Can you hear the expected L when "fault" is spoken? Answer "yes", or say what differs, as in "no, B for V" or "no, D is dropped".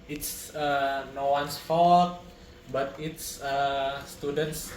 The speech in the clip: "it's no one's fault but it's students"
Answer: no, L is dropped